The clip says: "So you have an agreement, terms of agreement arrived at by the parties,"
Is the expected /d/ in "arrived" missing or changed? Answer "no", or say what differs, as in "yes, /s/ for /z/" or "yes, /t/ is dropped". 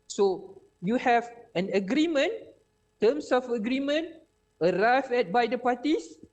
yes, /d/ is dropped